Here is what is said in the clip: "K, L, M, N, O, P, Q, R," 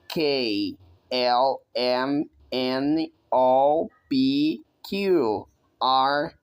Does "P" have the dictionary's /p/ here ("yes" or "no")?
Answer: no